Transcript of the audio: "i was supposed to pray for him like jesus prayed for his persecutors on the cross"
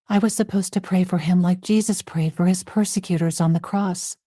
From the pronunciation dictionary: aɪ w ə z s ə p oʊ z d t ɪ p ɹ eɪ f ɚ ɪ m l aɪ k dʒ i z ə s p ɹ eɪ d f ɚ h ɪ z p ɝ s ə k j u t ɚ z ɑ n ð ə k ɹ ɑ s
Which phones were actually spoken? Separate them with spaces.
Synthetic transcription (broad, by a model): aɪ w ə z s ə p oʊ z t ɪ p ɹ eɪ f ɚ ɪ m l aɪ k dʒ i z ə s p ɹ eɪ d f ɚ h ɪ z p ɝ s ə k j u t ɚ z n ð ə k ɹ ɑ s